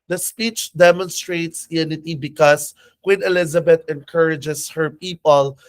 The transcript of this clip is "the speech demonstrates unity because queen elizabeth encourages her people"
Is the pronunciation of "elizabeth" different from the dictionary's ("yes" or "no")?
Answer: yes